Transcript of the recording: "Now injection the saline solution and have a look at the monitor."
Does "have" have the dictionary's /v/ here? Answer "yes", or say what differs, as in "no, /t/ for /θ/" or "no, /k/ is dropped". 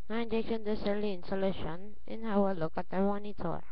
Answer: no, /w/ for /v/